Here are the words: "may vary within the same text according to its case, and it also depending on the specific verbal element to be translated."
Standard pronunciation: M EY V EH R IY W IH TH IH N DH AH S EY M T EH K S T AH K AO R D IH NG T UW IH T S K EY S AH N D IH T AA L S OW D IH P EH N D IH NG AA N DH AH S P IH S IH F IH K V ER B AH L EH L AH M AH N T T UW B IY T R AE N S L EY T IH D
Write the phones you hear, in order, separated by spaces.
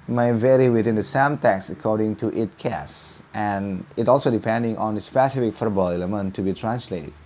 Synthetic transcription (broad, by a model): M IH V EH R IY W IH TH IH N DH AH S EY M T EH K S AH K AO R D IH NG T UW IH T K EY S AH N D IH T AA L S OW D IH P EH N D IH NG AA N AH S P IH S IH F IH K F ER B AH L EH L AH M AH N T T UW B IY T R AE N S L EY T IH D